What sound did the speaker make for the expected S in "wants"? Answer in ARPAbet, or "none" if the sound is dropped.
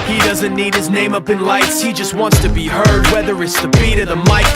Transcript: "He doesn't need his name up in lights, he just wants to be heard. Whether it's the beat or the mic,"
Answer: S